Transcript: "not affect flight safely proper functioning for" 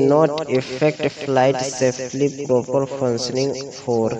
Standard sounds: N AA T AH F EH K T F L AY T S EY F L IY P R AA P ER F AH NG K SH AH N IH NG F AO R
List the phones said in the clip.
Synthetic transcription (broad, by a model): N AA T AH F EH K T F L AY T S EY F L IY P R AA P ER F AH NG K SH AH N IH NG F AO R